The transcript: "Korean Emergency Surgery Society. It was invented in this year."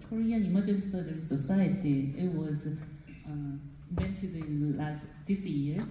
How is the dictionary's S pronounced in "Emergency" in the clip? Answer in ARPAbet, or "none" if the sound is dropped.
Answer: none